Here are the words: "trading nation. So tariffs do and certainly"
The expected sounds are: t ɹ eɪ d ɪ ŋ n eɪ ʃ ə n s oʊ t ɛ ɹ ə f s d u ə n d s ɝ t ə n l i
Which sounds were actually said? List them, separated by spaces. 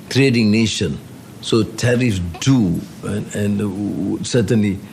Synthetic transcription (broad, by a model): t ɹ eɪ d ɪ ŋ n eɪ ʃ ə n s oʊ t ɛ ɹ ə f d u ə n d s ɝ t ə n l i